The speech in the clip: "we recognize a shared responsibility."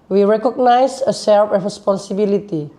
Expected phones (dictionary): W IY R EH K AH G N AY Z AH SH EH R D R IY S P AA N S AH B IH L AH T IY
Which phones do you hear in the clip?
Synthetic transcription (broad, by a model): W IY R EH K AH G N AY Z AH S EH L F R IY S P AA N S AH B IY L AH T IY